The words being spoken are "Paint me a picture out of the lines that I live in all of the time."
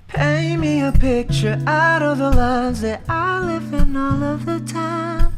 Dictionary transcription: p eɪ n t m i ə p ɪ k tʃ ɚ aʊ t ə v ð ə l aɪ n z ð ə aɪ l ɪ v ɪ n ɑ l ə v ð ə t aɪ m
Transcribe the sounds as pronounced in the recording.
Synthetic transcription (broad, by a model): p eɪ m i ə p ɪ k tʃ ɚ aʊ t ə v ð ə l aɪ n z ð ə aɪ l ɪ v ɪ n ɑ l ə v ð ə t aɪ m